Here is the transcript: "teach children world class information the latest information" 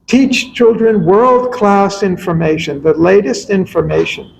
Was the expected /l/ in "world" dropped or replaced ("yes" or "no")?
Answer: no